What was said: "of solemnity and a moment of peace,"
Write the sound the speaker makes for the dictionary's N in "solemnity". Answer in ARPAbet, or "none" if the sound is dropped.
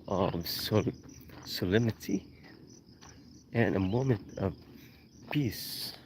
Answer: none